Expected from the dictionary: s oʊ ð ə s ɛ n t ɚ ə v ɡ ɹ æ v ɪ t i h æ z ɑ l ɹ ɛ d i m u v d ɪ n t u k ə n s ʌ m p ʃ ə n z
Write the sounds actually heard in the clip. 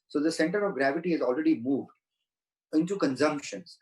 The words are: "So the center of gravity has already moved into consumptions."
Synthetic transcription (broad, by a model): s oʊ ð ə s ɛ n t ɚ ə v ɡ ɹ æ v ɪ t i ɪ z ɑ l ɹ ɛ d i m u v d ɪ n t u k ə n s ʌ m p ʃ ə n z